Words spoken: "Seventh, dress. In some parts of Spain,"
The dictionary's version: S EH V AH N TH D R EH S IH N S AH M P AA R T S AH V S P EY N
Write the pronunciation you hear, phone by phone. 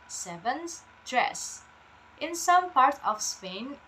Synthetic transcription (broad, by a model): S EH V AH N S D R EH S IH N S AH M P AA R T AH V S P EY N